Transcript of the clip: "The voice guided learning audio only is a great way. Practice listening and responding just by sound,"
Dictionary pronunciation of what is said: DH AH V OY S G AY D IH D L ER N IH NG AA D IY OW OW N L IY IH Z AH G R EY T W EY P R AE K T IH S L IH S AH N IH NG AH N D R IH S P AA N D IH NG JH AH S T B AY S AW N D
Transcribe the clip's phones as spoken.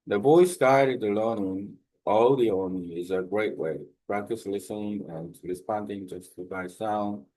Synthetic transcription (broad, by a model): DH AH B OY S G AY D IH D L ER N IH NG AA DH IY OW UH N IY IH Z AH G R EY T W EY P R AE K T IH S L IH S AH N IH NG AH N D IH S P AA N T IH NG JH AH S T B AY S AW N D